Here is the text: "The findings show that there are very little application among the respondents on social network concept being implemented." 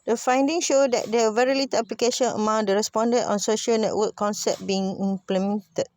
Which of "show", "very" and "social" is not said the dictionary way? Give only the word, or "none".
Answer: none